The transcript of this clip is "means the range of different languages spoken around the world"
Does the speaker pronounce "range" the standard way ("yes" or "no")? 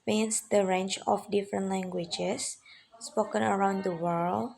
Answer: no